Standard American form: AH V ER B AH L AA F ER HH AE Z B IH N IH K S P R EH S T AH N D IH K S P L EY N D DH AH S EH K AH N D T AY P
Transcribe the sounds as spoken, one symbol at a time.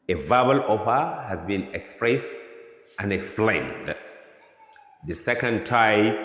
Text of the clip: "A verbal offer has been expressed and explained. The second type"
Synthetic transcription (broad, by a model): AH V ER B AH L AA P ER HH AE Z B IH N IH K S P R EH S T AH N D IH K S P L EY N D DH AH S EH K AH N D T AY